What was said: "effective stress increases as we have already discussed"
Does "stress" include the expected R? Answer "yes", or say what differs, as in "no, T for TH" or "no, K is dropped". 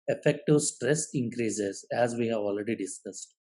yes